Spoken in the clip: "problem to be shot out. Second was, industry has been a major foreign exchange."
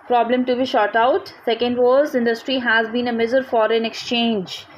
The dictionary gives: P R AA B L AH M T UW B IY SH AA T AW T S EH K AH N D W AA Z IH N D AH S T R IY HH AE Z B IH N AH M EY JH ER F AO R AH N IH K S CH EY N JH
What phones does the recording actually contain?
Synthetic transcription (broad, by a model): P R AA B L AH M T UW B IY SH AA T AW T S EH K AH N D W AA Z IH N D AH S T R IY HH AE Z B IH N AH M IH Z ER F AO R AH N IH K S CH EY N JH